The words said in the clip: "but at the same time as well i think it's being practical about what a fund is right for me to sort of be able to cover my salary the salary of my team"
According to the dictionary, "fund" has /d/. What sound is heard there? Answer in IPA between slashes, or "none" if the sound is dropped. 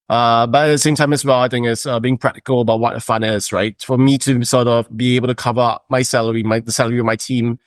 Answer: none